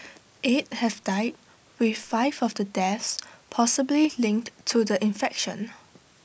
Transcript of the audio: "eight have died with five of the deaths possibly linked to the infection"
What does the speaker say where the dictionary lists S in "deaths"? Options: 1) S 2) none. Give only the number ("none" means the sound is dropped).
1